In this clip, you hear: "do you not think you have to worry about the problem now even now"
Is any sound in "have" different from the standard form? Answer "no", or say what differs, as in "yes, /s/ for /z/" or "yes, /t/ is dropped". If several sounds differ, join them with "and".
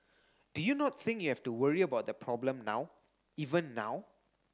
yes, /f/ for /v/